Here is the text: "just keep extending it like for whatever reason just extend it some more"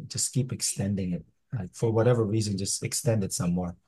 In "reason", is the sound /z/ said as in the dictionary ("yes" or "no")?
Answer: yes